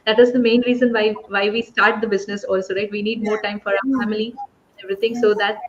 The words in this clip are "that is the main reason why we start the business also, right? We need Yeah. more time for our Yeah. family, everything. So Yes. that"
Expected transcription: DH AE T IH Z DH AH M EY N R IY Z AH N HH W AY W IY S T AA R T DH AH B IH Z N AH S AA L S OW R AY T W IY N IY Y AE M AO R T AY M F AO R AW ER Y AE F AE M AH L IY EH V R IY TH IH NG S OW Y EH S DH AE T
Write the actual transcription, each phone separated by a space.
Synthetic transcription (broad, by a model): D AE T IH Z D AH M EY N R IY Z AH N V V AY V IY S T AA R T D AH B IH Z N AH S AA L S OW R AY T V IY N IY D M AO R T AY M F AO R AW ER F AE M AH L IY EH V R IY T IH NG S OW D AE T